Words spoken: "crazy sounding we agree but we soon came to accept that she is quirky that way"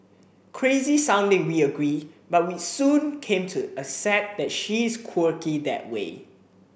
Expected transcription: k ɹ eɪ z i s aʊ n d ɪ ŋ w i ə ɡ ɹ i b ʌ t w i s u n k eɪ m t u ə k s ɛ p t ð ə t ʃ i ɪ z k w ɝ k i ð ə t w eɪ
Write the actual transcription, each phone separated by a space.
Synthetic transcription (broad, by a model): k ɹ eɪ z i s aʊ n d ɪ ŋ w i ə ɡ ɹ i b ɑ t w i s u n k eɪ m t u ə s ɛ t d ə t ʃ i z k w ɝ k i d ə t w eɪ